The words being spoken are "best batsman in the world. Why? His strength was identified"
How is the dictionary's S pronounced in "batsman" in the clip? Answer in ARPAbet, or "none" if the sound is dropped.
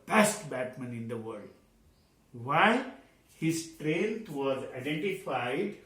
none